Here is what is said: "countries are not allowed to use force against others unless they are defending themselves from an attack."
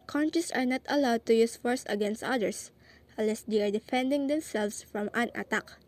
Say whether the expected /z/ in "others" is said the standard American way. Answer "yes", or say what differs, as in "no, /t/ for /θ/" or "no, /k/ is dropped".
no, /s/ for /z/